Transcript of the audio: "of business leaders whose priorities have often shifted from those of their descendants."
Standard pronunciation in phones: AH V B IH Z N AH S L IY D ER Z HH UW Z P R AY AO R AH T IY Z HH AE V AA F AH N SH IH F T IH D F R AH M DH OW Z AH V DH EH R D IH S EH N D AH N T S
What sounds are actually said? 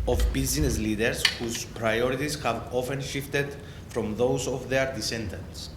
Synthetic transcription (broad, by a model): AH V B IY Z N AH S L IY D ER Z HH UW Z P R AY AO R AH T IY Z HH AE V AA F AH N SH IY F T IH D F R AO M DH OW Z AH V DH EH R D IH S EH N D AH N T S